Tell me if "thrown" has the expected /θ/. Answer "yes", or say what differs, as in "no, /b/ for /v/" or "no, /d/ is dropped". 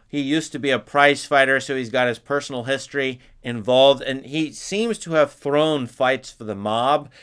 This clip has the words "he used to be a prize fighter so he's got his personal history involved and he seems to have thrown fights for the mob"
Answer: yes